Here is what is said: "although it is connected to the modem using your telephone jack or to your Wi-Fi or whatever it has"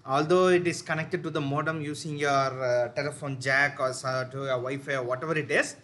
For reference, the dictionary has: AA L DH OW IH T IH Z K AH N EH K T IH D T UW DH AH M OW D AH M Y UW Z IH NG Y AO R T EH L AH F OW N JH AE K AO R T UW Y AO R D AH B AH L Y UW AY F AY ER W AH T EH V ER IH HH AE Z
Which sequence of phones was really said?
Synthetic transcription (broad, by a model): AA L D OW IH T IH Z K AH N EH K T IH D T UW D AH M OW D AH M Y UW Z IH NG Y AO R T EH L AH F OW N JH AE K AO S T UW Y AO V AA AH F AY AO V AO T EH V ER IH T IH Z